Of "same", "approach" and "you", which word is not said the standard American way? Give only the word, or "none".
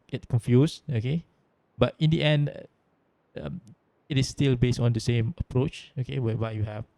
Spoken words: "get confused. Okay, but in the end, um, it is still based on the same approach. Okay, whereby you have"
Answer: none